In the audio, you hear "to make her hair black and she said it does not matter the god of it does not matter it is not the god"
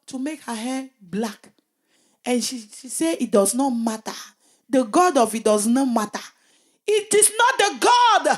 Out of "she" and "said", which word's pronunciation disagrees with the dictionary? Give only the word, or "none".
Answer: said